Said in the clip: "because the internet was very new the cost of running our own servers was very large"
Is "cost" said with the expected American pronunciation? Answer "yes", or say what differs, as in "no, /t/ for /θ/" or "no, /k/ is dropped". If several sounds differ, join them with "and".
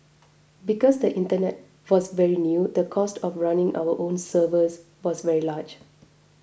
yes